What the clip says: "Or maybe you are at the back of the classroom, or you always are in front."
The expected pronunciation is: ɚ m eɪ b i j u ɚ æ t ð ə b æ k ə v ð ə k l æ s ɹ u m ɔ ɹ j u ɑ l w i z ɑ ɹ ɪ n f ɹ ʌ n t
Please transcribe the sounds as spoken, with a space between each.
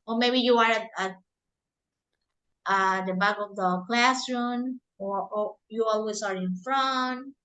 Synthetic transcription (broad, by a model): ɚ m eɪ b i j u ɚ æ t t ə b æ k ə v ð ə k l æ s ɹ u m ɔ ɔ j u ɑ l w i s ɑ ɹ ɪ n f ɹ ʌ n t